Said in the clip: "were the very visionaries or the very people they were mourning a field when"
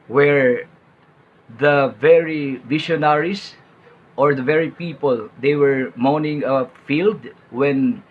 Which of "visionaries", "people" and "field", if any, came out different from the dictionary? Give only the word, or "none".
visionaries